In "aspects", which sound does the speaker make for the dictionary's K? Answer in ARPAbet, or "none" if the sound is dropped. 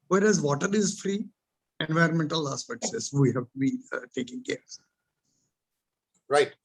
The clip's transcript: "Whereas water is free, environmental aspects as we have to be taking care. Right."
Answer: none